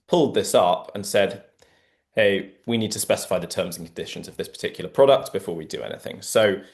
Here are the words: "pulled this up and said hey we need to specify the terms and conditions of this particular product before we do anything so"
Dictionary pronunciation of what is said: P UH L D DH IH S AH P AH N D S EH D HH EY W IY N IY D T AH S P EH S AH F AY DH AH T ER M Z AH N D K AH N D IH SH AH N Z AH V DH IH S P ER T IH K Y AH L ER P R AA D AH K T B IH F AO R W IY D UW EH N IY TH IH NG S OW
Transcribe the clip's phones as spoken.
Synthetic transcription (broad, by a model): P UH L D DH IH S AH P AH N S EH D HH EY W IY N IY D T AH S P EH S AH F AY DH AH T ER M Z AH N K AH N D IH SH AH N Z AH V DH IH S P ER T IH K Y L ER P R AA D AH K T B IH F AO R W IY D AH EH N IY TH IH NG S OW